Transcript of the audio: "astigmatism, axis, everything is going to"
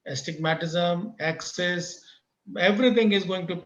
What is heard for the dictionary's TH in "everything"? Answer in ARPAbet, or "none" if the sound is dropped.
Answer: T